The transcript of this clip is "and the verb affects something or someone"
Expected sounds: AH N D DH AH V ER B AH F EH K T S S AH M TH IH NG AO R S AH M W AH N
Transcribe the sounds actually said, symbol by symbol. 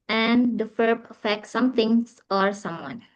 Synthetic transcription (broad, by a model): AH N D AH F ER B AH F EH K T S S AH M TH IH NG AO R S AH M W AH N